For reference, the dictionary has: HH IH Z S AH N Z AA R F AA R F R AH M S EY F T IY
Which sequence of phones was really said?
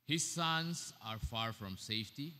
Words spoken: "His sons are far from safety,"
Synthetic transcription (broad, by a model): HH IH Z S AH N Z AA R F AA R F R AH M S EY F T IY